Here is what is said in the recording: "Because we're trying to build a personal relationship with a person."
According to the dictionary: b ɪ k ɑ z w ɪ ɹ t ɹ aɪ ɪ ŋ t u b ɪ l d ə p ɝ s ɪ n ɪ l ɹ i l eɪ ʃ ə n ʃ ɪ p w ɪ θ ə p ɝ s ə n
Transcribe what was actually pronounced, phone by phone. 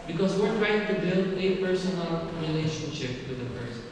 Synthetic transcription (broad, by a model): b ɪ k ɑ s w ɪ ɹ t ɹ aɪ ɪ ŋ t u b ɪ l ə p ɝ s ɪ n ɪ l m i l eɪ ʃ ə n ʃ ɪ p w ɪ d ə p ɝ s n